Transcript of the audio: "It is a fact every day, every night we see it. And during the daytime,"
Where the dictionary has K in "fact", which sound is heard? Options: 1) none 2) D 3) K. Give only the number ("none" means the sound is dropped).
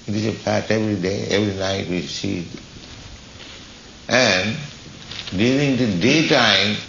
1